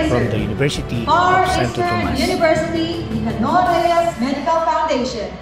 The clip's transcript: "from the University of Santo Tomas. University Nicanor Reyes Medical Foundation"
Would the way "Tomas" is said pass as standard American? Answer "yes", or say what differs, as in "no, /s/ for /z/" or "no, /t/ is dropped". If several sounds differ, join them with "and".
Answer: no, /s/ is dropped